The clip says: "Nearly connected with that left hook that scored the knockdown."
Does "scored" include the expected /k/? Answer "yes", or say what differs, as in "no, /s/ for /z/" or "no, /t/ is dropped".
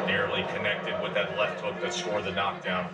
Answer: no, /k/ is dropped